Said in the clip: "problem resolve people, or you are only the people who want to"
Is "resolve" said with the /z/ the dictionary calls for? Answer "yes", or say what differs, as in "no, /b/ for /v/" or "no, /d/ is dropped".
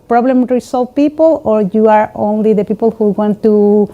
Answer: no, /s/ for /z/